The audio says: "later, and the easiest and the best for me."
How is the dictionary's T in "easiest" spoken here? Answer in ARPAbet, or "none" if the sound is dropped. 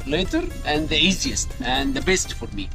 T